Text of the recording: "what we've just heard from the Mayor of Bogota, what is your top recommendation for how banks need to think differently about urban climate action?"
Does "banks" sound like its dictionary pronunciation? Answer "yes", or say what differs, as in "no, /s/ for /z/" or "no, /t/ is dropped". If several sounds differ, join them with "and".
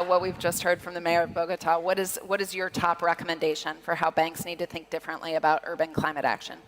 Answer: yes